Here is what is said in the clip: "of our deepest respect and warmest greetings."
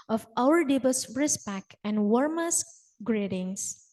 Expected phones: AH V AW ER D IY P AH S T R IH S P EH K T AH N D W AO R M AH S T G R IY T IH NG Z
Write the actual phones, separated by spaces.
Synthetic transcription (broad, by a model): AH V AW ER D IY B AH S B R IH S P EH K AH N D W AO R M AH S G R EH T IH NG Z